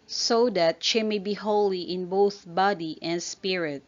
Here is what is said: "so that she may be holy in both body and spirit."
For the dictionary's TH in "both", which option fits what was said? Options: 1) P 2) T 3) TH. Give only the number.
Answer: 3